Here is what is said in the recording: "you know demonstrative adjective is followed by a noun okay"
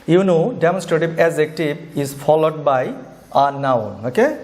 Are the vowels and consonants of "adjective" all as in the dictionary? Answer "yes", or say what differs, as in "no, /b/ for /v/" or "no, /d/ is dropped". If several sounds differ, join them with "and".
no, /z/ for /dʒ/